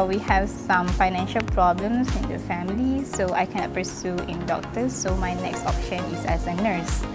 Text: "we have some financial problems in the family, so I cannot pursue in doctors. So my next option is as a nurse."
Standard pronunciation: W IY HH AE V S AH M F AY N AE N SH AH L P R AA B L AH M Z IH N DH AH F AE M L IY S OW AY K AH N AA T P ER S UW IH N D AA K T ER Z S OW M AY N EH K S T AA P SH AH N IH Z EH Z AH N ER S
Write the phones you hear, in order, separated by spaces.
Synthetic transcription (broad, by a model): W IY HH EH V S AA M F AY N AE N SH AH L P R AA B L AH M S IH N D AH F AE M L IY S OW AY K AH N AA T P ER S UW IH N D AA K T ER S OW M AY N EH K S T AA P SH AH N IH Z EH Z AH N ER S